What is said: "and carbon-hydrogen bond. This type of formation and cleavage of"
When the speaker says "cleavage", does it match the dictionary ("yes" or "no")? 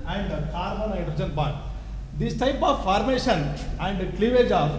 yes